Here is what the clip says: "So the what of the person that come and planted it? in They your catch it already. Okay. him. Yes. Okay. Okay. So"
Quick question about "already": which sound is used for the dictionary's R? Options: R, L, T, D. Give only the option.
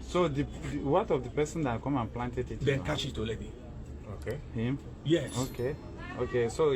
L